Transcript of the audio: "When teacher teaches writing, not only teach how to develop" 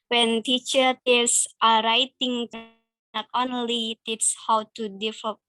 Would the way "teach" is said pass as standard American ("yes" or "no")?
no